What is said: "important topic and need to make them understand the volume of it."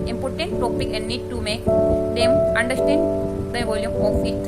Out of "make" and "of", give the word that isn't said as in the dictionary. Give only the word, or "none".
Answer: of